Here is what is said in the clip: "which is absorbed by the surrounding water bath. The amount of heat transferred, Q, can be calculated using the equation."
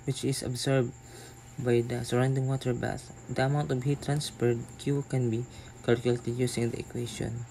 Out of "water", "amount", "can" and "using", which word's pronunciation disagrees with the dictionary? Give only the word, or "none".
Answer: using